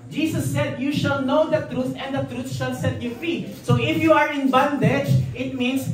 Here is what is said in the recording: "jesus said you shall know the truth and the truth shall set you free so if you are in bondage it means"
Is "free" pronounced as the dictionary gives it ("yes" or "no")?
no